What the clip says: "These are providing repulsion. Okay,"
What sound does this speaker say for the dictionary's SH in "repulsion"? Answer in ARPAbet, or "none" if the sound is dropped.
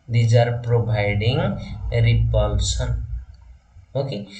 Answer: S